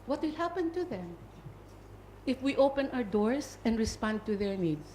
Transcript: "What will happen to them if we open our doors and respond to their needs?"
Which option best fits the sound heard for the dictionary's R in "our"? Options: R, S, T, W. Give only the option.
R